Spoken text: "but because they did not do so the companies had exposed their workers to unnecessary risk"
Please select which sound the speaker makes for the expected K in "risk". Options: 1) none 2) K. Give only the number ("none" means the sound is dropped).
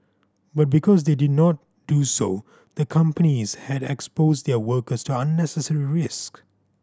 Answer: 2